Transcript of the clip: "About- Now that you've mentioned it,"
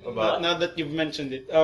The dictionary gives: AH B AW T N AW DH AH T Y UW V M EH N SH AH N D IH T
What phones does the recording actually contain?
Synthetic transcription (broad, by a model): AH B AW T N AW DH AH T Y UW V M EH N SH AH N D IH T